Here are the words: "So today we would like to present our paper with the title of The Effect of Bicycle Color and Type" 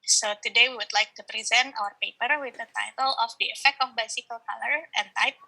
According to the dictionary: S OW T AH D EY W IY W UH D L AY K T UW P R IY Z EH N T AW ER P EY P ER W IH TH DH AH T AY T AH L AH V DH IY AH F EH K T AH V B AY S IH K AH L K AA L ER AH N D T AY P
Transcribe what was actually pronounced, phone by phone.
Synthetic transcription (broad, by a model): S OW T AH D EY W IY W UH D L AY K T UW P R IY Z EH N T AW ER P EY P ER W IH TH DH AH T AY T AH L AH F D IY AH F EH K T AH F B AY S IH K AH L K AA L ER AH N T AY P